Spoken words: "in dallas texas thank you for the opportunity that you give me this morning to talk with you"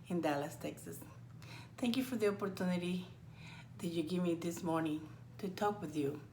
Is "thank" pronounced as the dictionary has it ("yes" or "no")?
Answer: no